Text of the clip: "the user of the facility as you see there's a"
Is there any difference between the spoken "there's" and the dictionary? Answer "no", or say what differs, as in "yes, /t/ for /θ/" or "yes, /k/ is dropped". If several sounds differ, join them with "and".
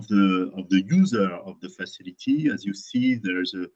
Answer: no